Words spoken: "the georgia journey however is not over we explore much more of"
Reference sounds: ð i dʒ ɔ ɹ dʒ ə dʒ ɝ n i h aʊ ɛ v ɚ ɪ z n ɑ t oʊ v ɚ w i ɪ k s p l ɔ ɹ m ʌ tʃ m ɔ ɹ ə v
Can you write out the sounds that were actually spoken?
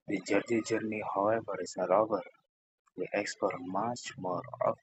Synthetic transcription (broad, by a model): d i dʒ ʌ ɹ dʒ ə dʒ ɝ n i h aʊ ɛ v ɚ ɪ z n ɑ t oʊ v ɚ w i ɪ k s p ɔ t m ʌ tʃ m ɔ ɹ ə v